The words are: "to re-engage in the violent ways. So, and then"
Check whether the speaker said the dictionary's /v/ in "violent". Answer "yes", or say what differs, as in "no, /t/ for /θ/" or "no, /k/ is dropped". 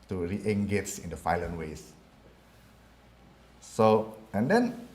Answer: no, /f/ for /v/